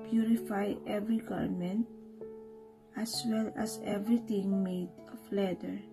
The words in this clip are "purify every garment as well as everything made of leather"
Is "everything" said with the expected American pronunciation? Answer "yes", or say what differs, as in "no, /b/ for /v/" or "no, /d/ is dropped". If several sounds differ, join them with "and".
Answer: no, /t/ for /θ/